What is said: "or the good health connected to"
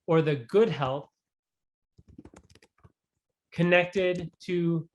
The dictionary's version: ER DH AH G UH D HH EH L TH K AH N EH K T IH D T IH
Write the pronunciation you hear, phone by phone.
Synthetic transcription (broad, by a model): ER DH AH G UH D HH EH L TH K AH N EH K T IH D T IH